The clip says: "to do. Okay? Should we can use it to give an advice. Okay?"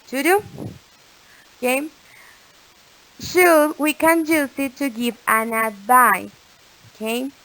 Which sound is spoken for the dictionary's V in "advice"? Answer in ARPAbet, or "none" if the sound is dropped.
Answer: B